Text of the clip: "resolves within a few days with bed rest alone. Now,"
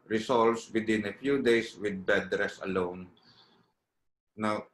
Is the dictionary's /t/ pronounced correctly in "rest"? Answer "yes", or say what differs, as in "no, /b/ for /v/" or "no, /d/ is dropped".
no, /t/ is dropped